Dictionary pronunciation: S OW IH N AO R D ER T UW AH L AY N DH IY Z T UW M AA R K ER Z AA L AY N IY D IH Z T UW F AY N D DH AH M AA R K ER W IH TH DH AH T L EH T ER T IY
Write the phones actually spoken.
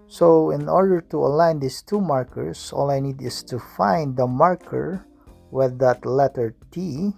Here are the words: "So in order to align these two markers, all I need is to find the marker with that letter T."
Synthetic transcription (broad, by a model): S OW IH N AO R D ER T UW AH L AY N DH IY S T UW M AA R K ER S AA L AY N IY D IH S T UW F AY N D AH M AA R K ER W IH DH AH T L EH T ER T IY